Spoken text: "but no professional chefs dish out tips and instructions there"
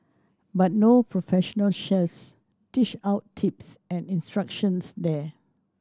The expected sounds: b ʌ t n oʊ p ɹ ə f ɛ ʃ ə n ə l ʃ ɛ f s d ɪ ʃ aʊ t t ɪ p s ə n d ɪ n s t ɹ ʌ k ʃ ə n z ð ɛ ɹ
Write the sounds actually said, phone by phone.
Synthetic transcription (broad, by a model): b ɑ t n oʊ p ɹ ə f ɛ ʃ ə n ə l ʃ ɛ s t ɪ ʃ aʊ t t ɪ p s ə n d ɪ n s t ɹ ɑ k ʃ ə n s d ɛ